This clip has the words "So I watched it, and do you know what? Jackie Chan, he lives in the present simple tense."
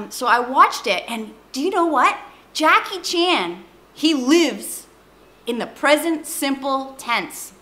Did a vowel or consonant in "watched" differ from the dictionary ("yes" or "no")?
no